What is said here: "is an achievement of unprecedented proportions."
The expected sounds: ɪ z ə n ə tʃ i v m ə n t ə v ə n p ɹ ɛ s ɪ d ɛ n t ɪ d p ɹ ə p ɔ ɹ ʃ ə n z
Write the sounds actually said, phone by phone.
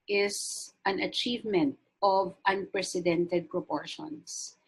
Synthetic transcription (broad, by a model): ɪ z ə n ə tʃ i v m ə n t ə v ə n p ɹ ɛ s ɪ d ɛ n t ɪ d p ɹ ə p ɔ ɹ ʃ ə n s